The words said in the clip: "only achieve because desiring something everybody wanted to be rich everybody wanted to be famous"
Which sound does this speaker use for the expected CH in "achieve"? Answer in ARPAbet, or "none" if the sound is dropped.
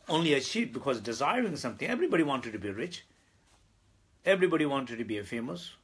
SH